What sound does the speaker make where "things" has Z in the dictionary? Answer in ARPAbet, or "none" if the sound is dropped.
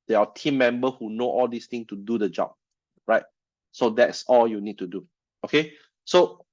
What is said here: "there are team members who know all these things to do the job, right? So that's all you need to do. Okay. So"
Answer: none